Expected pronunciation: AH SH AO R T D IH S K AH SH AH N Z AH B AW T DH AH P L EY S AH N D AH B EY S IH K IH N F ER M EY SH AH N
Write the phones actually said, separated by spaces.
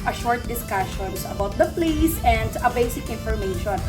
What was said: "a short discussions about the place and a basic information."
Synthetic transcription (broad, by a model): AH SH AO R T D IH S K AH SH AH N S AH B AW T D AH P L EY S AH N D AH B EY S IH K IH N F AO M EY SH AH N